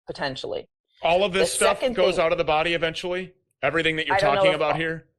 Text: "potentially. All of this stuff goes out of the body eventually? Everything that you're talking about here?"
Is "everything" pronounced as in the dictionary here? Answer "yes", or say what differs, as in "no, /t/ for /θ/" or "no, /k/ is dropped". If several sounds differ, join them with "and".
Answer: yes